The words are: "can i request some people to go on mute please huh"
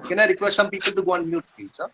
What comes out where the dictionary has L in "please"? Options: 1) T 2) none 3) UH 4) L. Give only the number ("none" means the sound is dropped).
2